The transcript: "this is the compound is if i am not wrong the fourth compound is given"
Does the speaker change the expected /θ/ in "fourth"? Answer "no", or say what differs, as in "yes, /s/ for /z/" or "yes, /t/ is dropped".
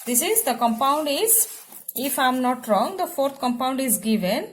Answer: yes, /t/ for /θ/